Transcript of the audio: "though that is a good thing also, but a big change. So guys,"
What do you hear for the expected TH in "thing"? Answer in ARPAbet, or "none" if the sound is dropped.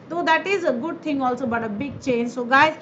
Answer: T